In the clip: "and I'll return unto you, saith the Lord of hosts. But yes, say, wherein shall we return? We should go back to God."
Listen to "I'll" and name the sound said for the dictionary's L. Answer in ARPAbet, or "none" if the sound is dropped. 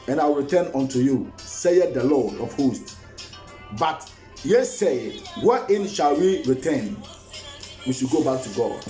W